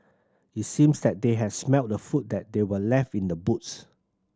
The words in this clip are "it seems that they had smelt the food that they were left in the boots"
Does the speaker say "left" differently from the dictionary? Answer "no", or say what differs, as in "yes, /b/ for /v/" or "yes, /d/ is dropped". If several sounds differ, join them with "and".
no